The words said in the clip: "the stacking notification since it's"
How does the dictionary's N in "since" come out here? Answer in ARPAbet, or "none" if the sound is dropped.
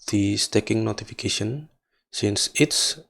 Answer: N